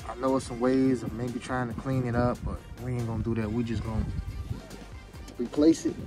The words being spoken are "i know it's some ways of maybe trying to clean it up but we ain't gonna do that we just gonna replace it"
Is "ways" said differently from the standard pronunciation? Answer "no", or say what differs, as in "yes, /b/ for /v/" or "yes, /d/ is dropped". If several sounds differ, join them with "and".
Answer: yes, /z/ is dropped